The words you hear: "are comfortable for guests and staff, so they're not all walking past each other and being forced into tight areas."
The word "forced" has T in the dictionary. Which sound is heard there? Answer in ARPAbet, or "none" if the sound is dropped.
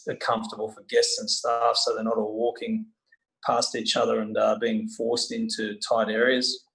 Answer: T